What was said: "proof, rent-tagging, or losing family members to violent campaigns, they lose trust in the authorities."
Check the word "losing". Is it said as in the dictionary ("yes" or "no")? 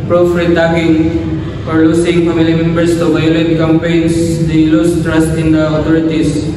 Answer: no